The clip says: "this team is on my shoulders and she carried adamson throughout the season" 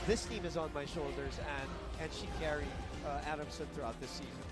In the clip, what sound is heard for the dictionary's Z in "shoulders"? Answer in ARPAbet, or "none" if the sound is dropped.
Z